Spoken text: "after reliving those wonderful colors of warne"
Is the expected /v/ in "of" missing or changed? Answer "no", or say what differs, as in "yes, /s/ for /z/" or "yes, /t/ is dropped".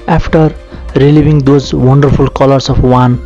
yes, /p/ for /v/